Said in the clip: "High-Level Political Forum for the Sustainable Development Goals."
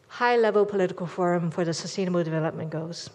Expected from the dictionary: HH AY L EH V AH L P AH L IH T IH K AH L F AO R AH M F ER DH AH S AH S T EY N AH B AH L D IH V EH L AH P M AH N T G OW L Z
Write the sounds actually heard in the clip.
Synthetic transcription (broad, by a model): HH AY L EH V AH L P AH L IH T IH K AH L F AO R AH M F ER DH AH S AH S T EY N AH B AH L D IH V EH L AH P M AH N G OW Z